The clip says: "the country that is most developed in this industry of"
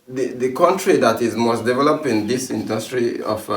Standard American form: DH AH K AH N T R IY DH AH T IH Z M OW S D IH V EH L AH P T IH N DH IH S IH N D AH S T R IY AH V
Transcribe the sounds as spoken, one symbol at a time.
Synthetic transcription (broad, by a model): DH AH K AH N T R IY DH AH T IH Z M OW S D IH V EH L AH P IH N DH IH S IH N D AH S T R IY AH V